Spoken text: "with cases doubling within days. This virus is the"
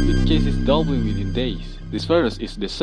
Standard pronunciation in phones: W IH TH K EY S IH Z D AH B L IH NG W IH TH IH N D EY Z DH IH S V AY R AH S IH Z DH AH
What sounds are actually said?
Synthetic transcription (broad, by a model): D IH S K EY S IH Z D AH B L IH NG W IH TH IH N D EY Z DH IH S F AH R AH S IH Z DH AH